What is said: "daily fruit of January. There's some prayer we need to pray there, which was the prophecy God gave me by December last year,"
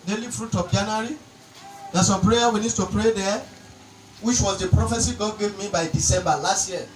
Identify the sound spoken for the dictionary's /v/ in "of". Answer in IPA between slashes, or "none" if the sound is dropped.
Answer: /p/